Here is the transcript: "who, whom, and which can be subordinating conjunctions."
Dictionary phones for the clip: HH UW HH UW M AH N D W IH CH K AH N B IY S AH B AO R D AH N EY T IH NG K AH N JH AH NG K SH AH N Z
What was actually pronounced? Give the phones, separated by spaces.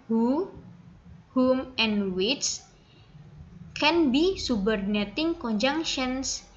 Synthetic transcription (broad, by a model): HH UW HH UW M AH N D W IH S K AH N B IY S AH B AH R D N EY T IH NG K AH N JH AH NG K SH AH N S